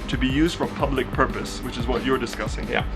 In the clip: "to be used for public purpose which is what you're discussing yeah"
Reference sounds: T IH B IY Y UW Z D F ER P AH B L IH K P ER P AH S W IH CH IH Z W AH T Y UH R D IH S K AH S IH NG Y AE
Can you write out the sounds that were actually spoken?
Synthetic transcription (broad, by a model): T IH B IY Y UW Z D F ER P AH B L IH K P ER P AH S W IH CH IH Z W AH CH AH R D IH S K AH S IH NG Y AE